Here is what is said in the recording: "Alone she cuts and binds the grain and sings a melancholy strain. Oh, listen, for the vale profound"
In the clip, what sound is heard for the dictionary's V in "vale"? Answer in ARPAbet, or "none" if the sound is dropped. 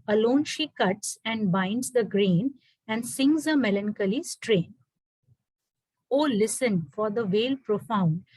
V